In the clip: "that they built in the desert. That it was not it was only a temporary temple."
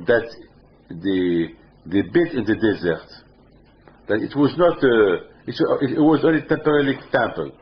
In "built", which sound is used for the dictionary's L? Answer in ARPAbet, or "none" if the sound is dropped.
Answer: none